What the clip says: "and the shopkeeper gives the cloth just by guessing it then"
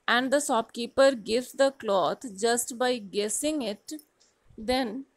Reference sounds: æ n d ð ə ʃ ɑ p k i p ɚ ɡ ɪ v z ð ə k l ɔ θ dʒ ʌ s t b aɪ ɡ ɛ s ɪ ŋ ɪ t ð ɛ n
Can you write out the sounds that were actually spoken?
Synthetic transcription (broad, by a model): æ n d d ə s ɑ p k i p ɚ ɡ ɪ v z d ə k l ɔ t dʒ ʌ s t b aɪ ɡ ɛ s ɪ ŋ ɪ t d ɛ n